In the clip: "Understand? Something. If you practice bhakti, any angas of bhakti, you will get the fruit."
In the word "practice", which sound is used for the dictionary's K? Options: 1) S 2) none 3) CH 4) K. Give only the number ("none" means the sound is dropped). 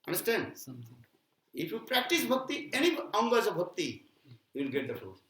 4